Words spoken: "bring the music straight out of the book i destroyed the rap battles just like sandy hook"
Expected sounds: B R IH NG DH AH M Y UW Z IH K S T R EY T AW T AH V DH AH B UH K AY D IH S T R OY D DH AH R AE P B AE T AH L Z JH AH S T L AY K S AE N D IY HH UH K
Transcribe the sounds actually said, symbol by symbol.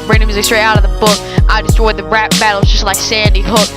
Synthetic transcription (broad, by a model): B R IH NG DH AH M Y UW Z IH K S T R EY AW T AH V DH AH B UH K AY D IH S T R OY D DH AH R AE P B AE T L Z JH AH S T L AY K S AE N D IY HH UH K